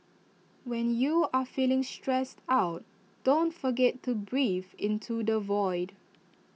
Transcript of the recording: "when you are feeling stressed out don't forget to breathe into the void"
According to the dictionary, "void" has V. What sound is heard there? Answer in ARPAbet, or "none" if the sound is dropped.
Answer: V